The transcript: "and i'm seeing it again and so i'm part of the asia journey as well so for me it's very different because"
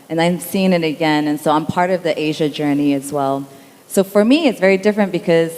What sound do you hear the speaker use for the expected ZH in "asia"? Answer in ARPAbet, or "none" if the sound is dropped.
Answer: ZH